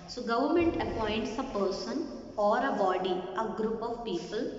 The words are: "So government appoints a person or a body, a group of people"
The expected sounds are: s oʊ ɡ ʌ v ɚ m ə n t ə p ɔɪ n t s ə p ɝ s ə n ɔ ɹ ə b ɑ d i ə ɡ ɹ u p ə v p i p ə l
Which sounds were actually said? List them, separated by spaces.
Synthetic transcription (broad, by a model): s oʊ ɡ ʌ v ɚ m ə n t ə p ɔɪ n t s ə p ɝ s ə n ɔ ɹ ə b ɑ d i ə ɡ ɹ u p ə v p i p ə l